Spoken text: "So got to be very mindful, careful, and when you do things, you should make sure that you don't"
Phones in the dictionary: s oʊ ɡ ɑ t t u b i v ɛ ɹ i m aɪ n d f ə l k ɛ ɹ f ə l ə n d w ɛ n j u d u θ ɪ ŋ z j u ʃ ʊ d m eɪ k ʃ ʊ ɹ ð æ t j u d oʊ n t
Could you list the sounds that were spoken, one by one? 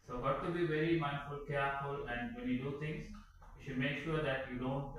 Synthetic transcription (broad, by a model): s oʊ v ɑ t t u b i v ɛ ɹ i m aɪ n f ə l k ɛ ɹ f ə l ə n d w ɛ n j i d u t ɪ ŋ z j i ʃ ʊ d m eɪ k ʃ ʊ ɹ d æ t j u d oʊ n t